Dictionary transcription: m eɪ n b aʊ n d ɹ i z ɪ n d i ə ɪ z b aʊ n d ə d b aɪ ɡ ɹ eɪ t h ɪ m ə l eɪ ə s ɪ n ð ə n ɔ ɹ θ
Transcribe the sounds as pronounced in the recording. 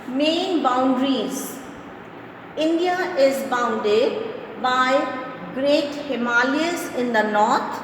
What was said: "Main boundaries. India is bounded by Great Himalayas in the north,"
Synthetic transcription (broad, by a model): m eɪ n b aʊ n d ɹ i z ɪ n d i ə ɪ z b aʊ n d ə d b aɪ ɡ ɹ eɪ t h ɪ m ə l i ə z ɪ n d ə n ɔ ɹ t